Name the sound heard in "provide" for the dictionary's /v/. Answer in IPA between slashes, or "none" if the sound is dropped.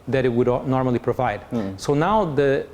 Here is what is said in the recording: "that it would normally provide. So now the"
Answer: /v/